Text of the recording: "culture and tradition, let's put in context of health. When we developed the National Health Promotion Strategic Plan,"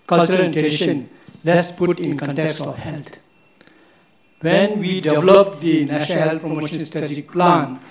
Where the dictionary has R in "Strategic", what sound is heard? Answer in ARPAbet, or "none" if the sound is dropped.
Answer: none